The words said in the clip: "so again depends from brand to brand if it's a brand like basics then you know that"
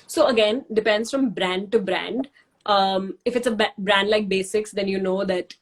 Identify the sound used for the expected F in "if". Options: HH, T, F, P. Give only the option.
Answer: F